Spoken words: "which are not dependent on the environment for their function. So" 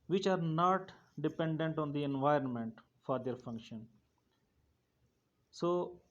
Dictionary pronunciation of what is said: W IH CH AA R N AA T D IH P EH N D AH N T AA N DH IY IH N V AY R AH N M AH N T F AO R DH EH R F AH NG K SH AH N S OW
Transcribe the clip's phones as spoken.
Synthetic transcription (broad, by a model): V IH CH AA R N AA T D IH P EH N D AH N T AA N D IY IH N V AY R AH N M AH N T F AO R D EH R F AH NG K SH AH N S OW